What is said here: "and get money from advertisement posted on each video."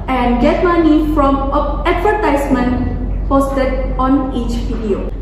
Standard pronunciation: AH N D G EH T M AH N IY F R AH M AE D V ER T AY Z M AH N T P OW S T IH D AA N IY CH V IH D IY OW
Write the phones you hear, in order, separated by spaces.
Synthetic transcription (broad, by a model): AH N D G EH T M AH N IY F R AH M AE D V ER T AY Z M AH N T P OW S T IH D AA N IY CH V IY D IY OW